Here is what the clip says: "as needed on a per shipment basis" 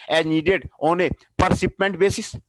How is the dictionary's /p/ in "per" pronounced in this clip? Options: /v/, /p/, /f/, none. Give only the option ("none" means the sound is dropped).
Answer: /p/